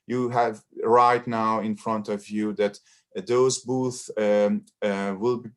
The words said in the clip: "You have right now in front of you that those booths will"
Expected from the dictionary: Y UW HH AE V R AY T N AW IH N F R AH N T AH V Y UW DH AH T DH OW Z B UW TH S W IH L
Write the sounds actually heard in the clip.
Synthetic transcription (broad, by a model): Y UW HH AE V R AY T N AW IH N F R AH N T AH V Y UW DH AH T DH OW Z B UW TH W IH L